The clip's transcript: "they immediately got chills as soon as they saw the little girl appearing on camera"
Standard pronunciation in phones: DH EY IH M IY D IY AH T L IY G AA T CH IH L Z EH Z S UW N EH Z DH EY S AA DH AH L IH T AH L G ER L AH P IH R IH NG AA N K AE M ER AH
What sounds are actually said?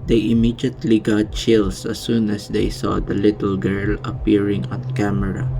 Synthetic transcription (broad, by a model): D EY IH M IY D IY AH T L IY G AA T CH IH L S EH S UW N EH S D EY S AA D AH L IH T AH L G ER L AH P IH R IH NG AA N K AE M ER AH